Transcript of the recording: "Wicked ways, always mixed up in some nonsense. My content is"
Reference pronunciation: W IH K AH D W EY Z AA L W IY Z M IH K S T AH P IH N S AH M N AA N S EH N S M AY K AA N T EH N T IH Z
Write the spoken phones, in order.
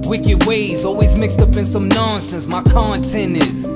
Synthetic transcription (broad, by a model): W IH K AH D W EY Z AA L W IY Z M IH K S T AH P IH N S AH M N AA N S EH N S M AY K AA N T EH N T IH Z